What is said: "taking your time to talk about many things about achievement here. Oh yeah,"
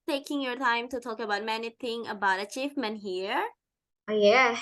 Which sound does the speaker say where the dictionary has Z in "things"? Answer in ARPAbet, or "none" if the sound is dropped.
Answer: none